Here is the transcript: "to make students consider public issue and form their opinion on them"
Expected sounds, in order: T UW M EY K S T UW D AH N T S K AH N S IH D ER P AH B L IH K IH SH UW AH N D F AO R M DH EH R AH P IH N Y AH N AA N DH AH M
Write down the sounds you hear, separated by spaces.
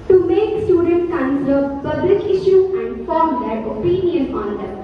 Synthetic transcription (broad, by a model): T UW M EY K S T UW D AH N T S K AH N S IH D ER P AH B L IH K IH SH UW AH N D F AO R M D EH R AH P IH N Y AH N AA N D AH